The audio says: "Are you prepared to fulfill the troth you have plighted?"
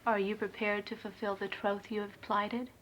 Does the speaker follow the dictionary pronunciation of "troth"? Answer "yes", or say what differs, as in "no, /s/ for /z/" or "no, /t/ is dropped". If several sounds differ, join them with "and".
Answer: yes